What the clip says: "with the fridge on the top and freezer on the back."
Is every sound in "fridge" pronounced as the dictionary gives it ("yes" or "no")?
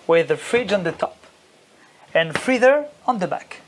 yes